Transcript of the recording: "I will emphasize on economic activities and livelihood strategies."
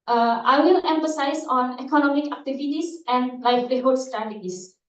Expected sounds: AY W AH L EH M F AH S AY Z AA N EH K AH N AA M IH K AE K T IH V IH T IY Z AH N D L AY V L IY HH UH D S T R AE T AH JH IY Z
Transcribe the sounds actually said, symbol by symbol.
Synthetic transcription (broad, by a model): AY W AH L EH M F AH S AY S AA N EH K AH N AA M IH K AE K T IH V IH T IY S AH N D L AY F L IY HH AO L S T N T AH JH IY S